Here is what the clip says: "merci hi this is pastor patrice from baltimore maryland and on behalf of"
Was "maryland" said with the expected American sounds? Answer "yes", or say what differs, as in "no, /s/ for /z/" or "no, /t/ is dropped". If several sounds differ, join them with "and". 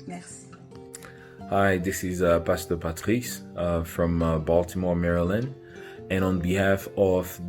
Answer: no, /d/ is dropped